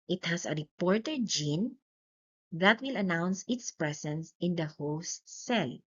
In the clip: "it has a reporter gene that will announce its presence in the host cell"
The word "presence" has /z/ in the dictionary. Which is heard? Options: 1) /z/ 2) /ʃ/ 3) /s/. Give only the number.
3